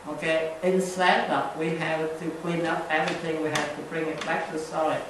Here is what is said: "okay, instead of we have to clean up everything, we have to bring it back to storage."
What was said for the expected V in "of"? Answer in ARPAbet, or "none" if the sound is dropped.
P